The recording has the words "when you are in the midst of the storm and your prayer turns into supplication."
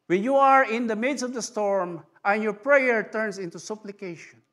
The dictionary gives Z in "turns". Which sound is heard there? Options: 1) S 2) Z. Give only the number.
1